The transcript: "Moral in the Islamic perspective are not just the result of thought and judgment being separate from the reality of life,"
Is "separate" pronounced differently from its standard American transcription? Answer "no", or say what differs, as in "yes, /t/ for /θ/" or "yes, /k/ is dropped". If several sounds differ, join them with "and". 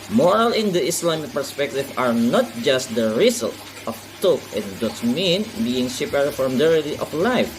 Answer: yes, /ɹ/ is dropped